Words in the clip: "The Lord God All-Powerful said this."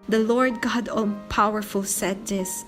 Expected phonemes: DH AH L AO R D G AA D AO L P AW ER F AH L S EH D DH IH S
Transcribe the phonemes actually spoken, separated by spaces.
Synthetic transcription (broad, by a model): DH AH L AO R D G AA D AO N P AW ER F AH L S EH D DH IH S